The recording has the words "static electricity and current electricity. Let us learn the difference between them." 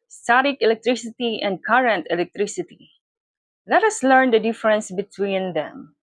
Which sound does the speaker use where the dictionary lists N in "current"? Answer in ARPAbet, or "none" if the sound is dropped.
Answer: N